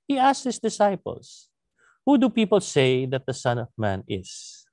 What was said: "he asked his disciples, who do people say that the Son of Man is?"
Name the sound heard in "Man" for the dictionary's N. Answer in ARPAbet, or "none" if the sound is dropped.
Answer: N